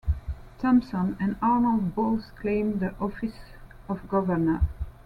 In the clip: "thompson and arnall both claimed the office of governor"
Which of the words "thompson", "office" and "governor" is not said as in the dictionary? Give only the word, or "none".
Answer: none